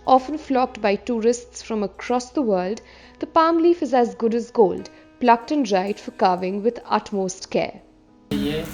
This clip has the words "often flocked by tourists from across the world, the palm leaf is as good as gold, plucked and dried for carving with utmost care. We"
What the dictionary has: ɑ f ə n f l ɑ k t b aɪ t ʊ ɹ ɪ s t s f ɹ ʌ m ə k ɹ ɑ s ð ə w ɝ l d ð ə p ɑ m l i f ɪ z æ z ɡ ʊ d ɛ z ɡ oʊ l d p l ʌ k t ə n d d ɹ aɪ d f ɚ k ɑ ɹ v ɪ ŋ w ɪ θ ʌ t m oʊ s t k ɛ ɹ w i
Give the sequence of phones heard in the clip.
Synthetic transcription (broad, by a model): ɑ f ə n f l ɑ k t b aɪ t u ɹ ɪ s t s f ɹ ʌ m ə k ɹ ɑ s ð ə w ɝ l d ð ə p ɑ m l i f ɪ z æ z ɡ ʊ d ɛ z ɡ oʊ l d p l ʌ k t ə n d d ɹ aɪ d f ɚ k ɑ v ɪ ŋ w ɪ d ʌ t m oʊ s t k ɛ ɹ